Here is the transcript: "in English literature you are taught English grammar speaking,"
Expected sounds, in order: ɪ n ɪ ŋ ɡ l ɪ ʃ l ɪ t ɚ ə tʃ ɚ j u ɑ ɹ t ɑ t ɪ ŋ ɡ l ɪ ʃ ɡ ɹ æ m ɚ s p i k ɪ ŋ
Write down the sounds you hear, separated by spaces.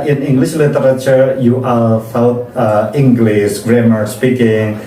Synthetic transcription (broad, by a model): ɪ n ɪ ŋ ɡ l ɪ ʃ l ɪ t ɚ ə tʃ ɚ j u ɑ l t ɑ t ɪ ŋ ɡ l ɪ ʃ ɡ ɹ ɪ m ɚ s p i k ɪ ŋ